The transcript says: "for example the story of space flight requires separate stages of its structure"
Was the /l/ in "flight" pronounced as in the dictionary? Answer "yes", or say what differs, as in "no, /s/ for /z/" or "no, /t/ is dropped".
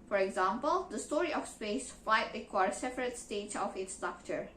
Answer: no, /l/ is dropped